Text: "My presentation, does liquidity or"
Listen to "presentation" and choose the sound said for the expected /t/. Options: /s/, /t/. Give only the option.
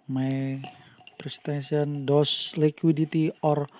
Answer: /s/